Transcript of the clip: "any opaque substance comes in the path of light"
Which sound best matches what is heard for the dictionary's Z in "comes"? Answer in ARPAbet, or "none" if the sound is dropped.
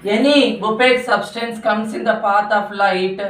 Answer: S